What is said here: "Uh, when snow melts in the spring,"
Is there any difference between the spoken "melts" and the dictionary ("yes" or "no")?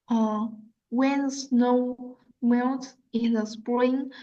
yes